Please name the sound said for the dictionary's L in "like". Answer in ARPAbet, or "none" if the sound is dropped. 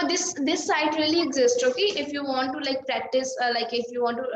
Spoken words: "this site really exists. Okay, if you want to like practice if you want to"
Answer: L